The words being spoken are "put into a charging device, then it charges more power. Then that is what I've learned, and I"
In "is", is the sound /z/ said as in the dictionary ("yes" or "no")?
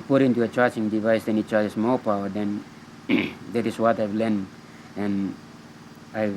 no